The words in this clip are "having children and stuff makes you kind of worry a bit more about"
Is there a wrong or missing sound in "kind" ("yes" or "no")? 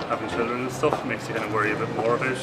yes